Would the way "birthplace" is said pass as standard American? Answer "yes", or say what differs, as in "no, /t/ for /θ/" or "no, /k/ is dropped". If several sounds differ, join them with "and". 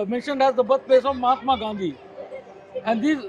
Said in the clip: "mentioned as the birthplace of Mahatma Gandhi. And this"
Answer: no, /t/ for /θ/ and /l/ is dropped